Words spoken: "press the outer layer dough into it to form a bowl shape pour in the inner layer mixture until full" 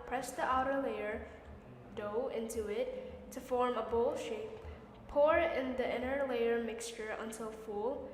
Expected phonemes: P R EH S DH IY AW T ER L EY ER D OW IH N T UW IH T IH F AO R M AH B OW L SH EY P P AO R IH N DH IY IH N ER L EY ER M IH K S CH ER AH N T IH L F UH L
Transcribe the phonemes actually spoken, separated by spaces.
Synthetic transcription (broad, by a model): P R EH S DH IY AW T ER L EY ER D OW IH N T UW IH T IH F AO R M AH B OW L SH EY P P AO R IH N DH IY IH N ER L EY ER M IH K S CH ER AH N T IH L F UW L